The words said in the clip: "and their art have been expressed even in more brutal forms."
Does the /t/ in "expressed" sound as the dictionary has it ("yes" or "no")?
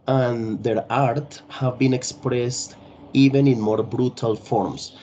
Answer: yes